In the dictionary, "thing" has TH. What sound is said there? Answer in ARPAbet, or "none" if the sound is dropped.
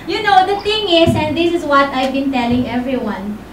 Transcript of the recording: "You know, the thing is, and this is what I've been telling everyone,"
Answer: T